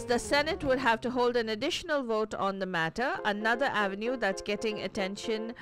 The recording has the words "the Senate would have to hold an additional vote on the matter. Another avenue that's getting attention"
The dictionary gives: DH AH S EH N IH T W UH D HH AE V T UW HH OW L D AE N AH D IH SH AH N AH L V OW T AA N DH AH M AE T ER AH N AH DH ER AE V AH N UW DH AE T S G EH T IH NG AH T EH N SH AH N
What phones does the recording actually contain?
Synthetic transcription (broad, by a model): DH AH S EH N IH T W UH D HH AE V T UW HH OW L D AE N AH D IH SH AH N AH L V OW T AA N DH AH M AE T ER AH N AH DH ER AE V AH N UW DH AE T S G EH T IH NG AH T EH N SH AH N